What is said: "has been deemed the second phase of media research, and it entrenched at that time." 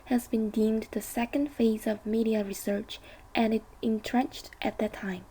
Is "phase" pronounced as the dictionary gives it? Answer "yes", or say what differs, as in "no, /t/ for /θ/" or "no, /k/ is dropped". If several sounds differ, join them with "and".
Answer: yes